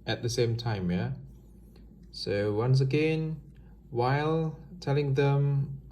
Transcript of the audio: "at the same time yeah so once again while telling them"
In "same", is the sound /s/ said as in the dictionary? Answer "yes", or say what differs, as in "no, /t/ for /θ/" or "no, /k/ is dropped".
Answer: yes